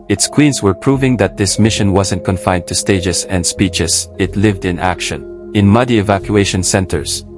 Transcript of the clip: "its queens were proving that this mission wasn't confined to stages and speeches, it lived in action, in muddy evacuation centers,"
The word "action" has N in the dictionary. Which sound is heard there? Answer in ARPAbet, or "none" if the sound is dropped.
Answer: N